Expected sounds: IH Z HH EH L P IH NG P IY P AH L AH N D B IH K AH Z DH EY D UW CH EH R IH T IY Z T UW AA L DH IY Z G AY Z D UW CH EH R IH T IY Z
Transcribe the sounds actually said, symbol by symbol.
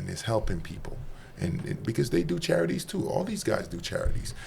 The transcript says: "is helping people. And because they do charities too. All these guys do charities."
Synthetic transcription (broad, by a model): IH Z HH EH L P IH NG P IY P L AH N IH B IH K AH Z DH EY D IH CH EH R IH T IY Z T UW AA L DH IY Z G AY Z D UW CH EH R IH T IY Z